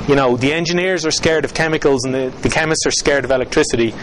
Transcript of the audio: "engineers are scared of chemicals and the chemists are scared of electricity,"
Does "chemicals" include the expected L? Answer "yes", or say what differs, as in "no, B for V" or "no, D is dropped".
yes